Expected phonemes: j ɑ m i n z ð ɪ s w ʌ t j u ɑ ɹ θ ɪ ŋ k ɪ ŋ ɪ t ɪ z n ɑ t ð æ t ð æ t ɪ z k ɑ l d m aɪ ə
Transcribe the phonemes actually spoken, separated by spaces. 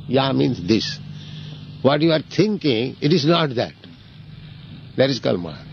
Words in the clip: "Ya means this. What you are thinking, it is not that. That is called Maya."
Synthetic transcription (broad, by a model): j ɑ m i n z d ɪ s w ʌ t j u ɑ ɹ t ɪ ŋ k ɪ ŋ ɪ t ɪ z n ɑ t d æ t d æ t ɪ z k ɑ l m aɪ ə